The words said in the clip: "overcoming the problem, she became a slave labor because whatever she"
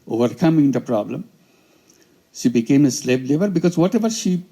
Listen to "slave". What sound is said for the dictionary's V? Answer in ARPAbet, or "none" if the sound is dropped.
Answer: B